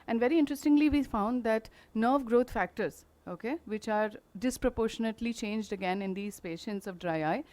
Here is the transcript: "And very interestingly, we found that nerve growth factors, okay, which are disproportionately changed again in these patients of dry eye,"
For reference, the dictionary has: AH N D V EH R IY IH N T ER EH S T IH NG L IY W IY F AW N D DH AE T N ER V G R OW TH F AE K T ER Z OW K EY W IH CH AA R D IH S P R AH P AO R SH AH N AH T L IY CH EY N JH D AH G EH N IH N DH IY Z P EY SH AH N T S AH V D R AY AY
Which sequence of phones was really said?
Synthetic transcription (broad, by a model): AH N D V EH R IY IH N T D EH S T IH NG L IY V IY F AW N D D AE T N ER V G R OW T F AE K T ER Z OW K EY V IH CH AA R D IH S P R AH P AO R SH AH N AH T L IY CH EY N JH D AH G EH N IH N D IY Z P EY SH AH N T S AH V D R AY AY